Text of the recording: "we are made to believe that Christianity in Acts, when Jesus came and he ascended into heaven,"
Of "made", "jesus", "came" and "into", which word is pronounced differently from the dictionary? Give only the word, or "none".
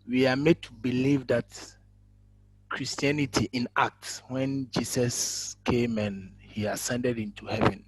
jesus